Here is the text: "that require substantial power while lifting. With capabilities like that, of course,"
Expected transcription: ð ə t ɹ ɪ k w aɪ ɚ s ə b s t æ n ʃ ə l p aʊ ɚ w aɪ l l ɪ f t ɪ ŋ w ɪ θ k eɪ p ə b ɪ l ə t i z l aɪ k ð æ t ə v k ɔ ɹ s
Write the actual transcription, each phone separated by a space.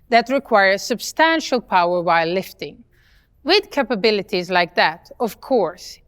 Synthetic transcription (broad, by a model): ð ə t ɹ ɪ k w aɪ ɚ s ə b s t æ n ʃ ə l p aʊ ɚ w aɪ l l ɪ f t ɪ ŋ w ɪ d k eɪ p ə b ɪ l ə t i z l aɪ k ð æ t ə v k ɔ ɹ s